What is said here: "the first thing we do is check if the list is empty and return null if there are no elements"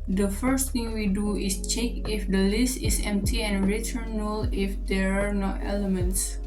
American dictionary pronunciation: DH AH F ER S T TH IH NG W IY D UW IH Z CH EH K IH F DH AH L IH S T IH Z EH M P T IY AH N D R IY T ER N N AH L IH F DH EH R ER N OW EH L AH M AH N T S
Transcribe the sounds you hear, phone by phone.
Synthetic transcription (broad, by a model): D AH F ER S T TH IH NG W IY D UW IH S CH EH K IH F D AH L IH S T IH S EH M P T IY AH N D R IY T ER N N AH L IH F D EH R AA N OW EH L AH M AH N T S